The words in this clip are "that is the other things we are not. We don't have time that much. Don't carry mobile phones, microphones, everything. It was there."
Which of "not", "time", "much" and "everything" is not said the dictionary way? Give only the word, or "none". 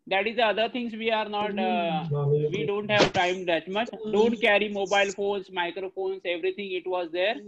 everything